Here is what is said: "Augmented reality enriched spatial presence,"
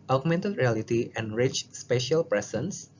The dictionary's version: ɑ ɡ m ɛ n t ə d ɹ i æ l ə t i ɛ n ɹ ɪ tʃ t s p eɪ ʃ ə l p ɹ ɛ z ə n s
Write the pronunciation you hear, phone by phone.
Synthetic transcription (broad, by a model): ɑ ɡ m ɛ n t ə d ɹ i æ l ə t i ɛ n ɹ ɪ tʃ s p eɪ ʃ ə l p ɹ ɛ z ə n s